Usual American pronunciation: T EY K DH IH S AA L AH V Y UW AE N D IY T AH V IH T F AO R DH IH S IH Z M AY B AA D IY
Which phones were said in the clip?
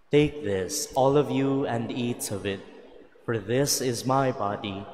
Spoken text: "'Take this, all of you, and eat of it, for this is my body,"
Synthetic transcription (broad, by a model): T EY K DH IH S AA L AH V Y UW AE N D IY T AH V IH T F AO R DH IH S IH Z M AY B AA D IY